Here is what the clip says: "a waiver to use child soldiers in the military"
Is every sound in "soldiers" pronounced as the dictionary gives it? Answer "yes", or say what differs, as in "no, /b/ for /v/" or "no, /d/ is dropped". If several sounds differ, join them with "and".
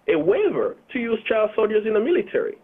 yes